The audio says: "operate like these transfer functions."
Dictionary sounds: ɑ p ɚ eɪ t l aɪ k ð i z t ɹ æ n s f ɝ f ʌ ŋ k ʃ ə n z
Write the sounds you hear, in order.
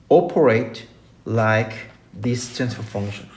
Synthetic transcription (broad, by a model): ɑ p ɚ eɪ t l aɪ k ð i s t æ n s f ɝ f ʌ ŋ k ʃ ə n